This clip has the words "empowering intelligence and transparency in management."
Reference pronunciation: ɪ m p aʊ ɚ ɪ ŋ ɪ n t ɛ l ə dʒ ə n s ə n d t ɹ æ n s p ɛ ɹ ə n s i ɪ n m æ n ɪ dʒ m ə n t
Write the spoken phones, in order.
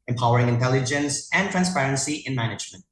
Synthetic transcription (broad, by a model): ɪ m p aʊ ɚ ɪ ŋ ɪ n t ɛ l ə dʒ ə n s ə n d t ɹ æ n s p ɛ ɹ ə n s i ɪ n m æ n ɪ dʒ m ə n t